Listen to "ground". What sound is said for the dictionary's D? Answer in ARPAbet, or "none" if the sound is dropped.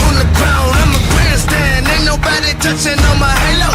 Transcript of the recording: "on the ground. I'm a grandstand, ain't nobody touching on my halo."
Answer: none